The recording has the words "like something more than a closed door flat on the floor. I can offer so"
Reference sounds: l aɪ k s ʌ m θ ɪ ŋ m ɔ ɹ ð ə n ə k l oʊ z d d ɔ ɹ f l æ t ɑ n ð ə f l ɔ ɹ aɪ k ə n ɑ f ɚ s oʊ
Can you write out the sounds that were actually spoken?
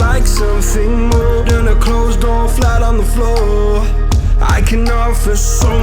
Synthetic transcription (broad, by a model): aɪ k s ʌ m θ ɪ ŋ m ɔ ɹ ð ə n ə k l oʊ z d d ɔ ɹ f l æ t n ð ə f l ɔ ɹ aɪ k ə n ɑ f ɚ s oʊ